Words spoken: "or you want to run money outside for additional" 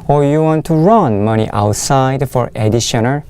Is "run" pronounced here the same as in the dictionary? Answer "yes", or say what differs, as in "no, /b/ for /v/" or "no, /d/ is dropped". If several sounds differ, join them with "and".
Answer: yes